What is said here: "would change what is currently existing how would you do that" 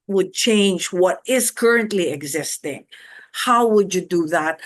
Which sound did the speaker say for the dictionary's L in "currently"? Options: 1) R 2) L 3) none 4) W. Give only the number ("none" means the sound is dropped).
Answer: 2